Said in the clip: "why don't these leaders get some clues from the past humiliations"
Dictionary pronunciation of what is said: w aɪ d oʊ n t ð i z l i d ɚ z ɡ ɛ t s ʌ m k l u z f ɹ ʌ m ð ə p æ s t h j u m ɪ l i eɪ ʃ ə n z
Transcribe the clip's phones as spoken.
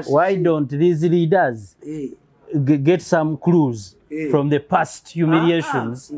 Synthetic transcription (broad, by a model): w aɪ d oʊ n t ð i z l i d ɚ z ɡ ɛ t s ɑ m k l u z f ɹ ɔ m ð ə p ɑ s t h j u m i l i eɪ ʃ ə n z